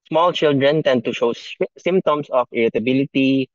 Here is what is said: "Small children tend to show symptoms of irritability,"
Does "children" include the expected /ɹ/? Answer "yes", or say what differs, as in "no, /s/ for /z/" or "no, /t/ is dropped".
yes